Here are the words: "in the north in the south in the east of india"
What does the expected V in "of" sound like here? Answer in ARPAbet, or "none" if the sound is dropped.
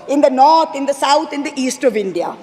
V